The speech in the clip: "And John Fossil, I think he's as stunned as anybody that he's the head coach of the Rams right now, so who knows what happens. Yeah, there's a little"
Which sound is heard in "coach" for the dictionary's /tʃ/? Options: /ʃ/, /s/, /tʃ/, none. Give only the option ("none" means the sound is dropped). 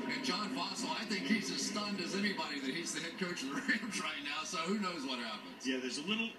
none